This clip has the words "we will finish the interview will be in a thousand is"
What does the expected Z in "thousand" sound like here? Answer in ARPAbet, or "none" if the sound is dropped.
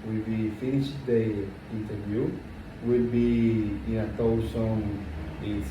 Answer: S